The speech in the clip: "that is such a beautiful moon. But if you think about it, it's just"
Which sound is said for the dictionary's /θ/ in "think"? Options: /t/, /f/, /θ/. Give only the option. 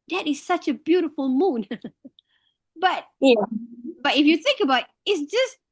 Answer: /θ/